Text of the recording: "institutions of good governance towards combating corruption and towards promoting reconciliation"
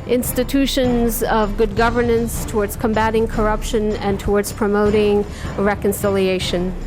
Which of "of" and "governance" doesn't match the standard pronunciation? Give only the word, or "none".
none